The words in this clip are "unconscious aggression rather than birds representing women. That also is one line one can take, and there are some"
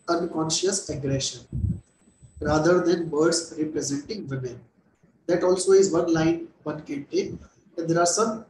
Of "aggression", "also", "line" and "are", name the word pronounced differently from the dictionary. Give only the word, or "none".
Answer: none